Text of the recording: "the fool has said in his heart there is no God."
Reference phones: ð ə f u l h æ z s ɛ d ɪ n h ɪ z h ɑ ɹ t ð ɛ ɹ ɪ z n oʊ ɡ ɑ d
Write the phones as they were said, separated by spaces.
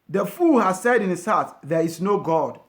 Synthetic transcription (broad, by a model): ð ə f u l h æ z s ɛ d ɪ n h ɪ s h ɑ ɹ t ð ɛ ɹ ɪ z n oʊ ɡ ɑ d